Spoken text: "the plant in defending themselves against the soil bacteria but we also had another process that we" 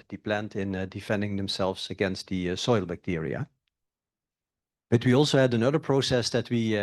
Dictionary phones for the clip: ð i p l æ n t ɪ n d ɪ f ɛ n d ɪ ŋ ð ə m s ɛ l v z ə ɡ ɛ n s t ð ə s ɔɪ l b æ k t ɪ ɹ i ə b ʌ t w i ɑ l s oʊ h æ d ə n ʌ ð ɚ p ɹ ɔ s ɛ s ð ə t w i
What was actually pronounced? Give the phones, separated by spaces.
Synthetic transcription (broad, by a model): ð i p l æ n t ɪ n d ɪ f ɛ n d ɪ ŋ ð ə m s ɛ l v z ə ɡ ɛ n s t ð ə s ɔɪ l b æ k t ɪ ɹ i ə b ʌ t w i ɑ l s oʊ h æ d ə n ʌ ð ɚ p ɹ ɔ s ɛ s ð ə t w i